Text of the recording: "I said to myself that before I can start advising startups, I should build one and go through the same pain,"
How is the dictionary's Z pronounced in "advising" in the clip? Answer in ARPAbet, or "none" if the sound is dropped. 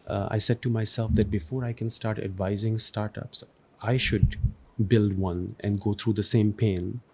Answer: Z